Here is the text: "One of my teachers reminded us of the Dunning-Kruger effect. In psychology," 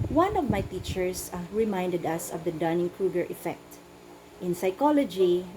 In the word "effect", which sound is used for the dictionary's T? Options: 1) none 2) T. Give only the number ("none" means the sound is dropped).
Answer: 2